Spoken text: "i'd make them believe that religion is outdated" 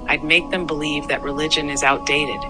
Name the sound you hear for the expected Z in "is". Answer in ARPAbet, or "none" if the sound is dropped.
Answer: Z